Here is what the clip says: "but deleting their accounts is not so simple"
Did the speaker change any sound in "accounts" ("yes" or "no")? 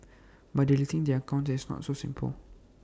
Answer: yes